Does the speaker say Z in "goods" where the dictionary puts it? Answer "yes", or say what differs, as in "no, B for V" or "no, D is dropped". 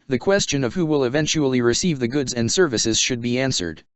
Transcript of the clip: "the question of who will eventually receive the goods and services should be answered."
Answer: yes